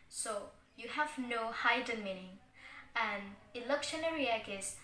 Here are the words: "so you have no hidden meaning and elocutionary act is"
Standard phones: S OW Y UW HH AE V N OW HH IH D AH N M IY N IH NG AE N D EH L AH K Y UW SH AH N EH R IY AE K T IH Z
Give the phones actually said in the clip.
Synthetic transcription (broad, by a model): S OW Y UW HH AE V N OW HH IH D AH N M IY N IH NG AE N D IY L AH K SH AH N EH R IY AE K IH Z